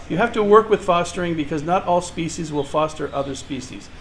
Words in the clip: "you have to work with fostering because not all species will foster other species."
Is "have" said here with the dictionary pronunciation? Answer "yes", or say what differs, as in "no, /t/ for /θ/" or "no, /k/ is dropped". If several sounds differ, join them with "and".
no, /f/ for /v/